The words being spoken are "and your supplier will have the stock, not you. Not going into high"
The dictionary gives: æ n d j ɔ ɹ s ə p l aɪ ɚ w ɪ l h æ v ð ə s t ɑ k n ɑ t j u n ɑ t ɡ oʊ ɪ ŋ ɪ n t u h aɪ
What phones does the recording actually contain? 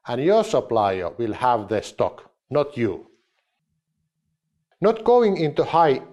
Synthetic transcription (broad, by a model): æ n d j ɔ ɹ s ə p l aɪ ɚ w ɪ l h æ v ð ə s t ɑ k n ɑ t j u n ɑ t ɡ oʊ ɪ ŋ ɪ n t u h aɪ